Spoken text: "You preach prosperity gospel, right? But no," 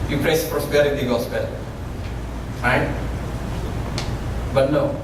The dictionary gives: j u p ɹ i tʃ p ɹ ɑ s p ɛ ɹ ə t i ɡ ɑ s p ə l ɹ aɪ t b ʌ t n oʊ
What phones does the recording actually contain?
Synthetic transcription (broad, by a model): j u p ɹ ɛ s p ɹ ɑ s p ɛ ɹ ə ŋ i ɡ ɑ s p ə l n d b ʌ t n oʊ